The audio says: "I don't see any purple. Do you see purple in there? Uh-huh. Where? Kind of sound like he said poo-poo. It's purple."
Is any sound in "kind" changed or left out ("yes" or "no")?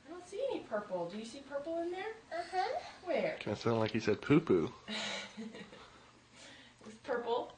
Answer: yes